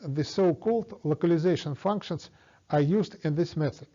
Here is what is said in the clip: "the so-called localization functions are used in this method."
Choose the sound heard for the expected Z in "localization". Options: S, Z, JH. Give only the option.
Z